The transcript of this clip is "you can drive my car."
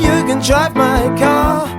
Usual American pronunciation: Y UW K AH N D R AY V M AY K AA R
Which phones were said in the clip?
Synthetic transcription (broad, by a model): Y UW K AH N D R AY P M AY K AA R